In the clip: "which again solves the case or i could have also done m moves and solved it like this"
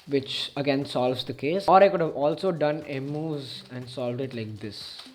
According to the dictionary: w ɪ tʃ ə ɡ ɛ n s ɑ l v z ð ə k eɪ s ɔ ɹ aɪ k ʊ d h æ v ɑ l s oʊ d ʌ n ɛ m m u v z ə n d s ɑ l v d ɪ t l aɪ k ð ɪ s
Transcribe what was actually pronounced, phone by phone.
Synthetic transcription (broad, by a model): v ɪ tʃ ə ɡ ɛ n s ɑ l v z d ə k eɪ s ɔ ɹ aɪ k ʊ d h æ v ɑ l s oʊ d ʌ n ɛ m m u z ə n d s ɑ l v d ɪ t l aɪ k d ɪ s